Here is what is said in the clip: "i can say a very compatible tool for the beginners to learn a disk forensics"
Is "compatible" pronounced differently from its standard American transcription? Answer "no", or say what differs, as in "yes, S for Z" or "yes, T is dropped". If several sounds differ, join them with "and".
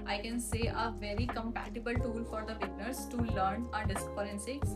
no